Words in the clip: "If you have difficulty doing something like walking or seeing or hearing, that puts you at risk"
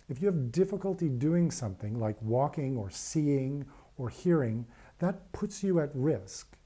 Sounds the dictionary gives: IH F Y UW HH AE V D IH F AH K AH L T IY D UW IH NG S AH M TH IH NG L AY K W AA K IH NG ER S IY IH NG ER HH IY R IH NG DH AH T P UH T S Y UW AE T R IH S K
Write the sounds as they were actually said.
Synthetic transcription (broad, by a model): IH F Y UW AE V D IH F AH K AH L T IY D UW IH NG S AH M TH IH NG L AY K W AA K IH NG ER S IY IH NG ER HH IY R IH NG DH AH T P UH T S Y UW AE T R IH S K